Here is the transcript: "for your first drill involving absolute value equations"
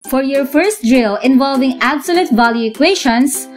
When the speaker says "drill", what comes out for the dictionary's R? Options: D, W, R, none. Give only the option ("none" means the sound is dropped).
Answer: R